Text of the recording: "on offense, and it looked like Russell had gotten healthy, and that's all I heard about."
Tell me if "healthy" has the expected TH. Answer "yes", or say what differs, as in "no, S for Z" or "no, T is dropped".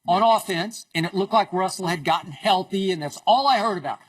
yes